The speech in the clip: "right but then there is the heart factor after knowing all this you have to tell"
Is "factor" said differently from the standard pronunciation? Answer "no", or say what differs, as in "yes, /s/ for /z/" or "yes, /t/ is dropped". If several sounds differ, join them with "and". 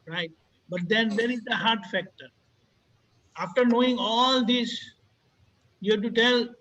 no